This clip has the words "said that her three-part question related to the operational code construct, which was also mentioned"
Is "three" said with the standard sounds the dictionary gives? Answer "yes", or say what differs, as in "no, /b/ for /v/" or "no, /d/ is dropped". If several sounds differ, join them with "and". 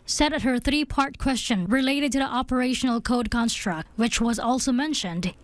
yes